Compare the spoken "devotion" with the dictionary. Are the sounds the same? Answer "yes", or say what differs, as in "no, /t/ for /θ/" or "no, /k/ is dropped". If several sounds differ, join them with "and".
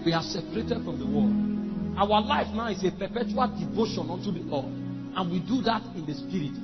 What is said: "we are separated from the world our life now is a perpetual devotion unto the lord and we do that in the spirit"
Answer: yes